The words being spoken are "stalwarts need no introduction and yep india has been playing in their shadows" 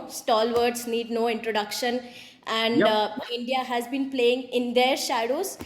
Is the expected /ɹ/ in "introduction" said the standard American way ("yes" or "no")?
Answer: yes